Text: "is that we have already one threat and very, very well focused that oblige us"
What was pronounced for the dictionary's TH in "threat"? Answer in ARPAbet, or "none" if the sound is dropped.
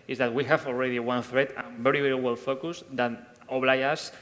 TH